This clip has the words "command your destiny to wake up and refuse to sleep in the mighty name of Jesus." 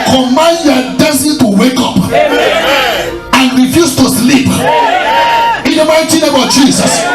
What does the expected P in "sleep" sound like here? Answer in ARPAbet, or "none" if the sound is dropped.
P